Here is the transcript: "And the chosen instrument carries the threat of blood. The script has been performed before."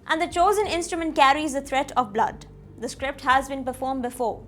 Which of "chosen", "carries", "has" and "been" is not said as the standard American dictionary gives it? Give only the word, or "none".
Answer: none